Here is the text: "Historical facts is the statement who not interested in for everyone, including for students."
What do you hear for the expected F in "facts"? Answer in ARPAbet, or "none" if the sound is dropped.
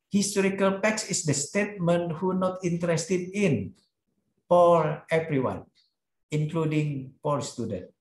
P